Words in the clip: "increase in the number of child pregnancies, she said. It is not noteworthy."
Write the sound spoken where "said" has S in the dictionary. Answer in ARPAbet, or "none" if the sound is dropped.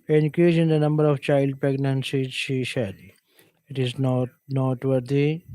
SH